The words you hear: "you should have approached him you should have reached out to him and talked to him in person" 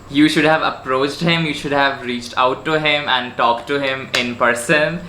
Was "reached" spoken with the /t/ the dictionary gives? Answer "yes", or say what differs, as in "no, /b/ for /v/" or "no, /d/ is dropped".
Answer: yes